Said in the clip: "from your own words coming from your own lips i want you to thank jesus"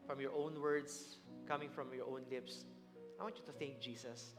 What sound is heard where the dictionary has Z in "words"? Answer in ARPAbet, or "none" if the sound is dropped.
S